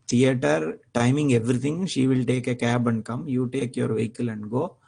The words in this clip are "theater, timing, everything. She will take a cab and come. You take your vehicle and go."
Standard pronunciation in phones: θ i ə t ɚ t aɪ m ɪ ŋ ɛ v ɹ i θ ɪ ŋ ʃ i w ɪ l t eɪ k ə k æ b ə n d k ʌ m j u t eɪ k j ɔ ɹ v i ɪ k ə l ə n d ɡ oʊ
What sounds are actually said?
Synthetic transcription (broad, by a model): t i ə t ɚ t aɪ m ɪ ŋ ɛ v ɹ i t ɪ ŋ ʃ i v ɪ l t eɪ k ə k æ b ə n d k ʌ m j u t eɪ k j ɔ ɹ v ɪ k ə l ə n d ɡ oʊ